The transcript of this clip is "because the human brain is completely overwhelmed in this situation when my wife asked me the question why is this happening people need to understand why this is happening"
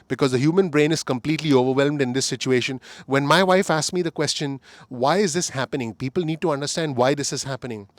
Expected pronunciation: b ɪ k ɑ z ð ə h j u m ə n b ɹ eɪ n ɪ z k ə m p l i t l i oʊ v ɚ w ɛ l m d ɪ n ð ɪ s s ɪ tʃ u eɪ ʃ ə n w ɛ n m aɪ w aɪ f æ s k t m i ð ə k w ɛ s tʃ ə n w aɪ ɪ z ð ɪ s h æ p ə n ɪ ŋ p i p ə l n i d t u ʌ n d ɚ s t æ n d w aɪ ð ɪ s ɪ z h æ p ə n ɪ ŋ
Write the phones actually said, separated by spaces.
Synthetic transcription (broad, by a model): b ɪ k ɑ z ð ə h j u m ə n b ɹ eɪ n ɪ z k ə m p l i t l i oʊ v ɚ w ɛ l m d ɪ n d ɪ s s ɪ tʃ u eɪ ʃ ə n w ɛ n m aɪ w aɪ f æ s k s m i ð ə k w ɛ s tʃ ə n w aɪ ɪ z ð ɪ s h æ p ə n ɪ ŋ p i p ə l n i d t u ʌ n d ɚ s t æ n d w aɪ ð ɪ s ɪ z h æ p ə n ɪ ŋ